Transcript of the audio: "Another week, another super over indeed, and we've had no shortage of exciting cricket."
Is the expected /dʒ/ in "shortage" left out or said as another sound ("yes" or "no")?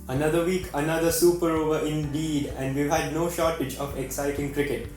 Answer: no